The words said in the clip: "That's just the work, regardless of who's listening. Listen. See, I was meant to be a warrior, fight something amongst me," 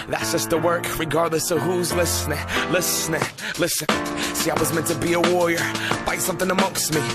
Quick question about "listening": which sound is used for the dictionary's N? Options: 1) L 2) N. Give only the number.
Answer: 1